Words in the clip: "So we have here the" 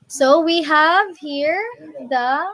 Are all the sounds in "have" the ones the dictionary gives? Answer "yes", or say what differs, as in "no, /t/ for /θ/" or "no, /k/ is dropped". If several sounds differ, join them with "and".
yes